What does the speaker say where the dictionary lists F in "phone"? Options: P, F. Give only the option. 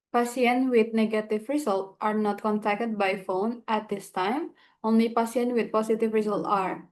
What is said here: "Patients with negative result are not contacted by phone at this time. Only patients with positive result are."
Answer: F